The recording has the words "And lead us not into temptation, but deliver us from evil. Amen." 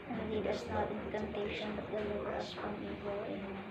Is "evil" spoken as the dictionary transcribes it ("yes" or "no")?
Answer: no